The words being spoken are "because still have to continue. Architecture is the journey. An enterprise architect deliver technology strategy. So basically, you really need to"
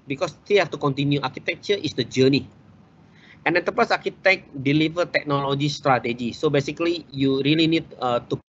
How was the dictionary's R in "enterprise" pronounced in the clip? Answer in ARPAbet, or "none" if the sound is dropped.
none